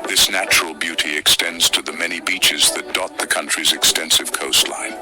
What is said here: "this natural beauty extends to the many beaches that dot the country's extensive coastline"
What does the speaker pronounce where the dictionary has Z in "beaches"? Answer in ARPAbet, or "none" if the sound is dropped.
Z